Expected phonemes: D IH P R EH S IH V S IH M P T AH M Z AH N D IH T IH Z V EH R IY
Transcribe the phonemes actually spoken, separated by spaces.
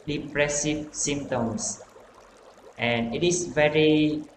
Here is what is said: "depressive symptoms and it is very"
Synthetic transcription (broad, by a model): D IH P R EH S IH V S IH M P T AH M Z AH N IH T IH S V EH R IY